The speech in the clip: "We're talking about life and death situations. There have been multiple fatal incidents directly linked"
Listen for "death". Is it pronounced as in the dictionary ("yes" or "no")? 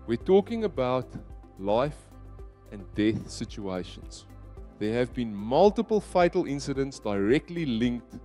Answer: yes